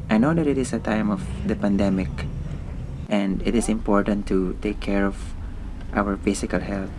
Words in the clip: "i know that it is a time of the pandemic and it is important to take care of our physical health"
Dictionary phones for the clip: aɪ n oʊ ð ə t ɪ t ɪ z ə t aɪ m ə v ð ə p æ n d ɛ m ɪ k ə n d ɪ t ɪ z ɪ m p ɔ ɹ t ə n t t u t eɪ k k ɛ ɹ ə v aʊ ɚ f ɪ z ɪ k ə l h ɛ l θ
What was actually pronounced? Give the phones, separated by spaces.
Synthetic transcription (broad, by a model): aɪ n oʊ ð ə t ɪ t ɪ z ə t aɪ m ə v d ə p æ n d ɛ m ɪ k ə n d ɪ t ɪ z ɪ m p ɔ ɹ t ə n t t u t eɪ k k ɛ ɹ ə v aʊ ɚ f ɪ s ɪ k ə l h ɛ l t